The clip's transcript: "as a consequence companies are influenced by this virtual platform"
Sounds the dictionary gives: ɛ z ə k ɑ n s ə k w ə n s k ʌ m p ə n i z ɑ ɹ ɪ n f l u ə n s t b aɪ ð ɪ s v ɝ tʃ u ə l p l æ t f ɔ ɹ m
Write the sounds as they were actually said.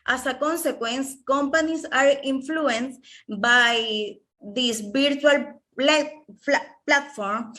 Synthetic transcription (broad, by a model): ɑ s ə k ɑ n s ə k w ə n s k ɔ m p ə n i s ɑ ɹ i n f l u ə n s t b aɪ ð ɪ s b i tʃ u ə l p l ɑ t f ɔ ɹ m